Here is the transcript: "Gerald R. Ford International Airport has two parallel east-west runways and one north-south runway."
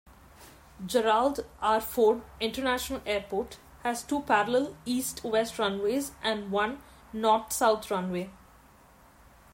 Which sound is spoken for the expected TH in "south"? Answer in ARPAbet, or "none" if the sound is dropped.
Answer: T